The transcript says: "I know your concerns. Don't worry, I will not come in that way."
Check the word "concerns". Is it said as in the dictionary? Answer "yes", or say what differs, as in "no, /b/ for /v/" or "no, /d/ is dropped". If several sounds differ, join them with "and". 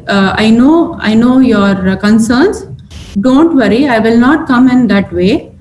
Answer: no, /s/ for /z/